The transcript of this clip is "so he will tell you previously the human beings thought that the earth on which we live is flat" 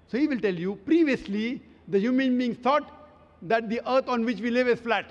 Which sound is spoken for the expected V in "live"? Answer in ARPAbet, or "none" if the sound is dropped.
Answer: V